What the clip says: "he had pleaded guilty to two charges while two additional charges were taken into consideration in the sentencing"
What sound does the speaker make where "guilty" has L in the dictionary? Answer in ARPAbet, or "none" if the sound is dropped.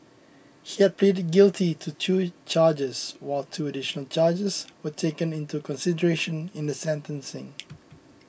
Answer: L